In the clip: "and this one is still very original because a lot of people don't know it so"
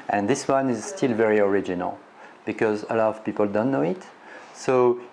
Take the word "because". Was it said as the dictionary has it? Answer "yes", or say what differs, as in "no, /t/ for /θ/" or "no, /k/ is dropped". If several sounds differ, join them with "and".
yes